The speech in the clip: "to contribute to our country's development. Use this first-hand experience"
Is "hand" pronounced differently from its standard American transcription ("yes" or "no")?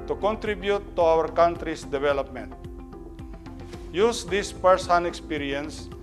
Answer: yes